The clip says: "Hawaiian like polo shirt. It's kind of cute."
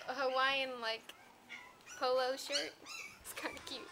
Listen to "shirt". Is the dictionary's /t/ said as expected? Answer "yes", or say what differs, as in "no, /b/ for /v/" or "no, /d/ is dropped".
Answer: yes